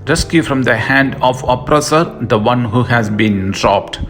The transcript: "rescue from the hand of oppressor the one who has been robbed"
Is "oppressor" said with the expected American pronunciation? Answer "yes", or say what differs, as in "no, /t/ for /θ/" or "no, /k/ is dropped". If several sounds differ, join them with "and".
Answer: yes